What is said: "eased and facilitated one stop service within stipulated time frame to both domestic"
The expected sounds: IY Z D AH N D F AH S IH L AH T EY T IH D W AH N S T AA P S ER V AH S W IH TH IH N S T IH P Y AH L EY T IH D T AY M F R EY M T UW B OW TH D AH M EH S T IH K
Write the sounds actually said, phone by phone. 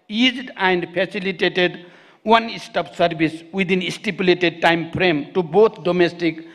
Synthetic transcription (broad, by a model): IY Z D AH N D P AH S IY L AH T EY T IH D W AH N S T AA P S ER B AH S W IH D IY N S T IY P Y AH L EY T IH D T AY M P R EY M T UW B OW T D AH M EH S T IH K